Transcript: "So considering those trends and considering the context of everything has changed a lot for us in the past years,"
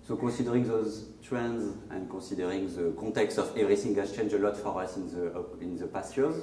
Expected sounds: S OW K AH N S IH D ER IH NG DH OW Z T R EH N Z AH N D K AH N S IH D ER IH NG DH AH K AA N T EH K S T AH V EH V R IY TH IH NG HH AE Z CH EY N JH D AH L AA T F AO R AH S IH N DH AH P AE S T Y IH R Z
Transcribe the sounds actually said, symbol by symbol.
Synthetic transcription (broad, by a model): S OW K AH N S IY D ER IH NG DH OW Z T R EH N Z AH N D K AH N S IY D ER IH NG DH AH K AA T EH K S T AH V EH V R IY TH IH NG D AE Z CH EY N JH AH L AA T F AO R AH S IH N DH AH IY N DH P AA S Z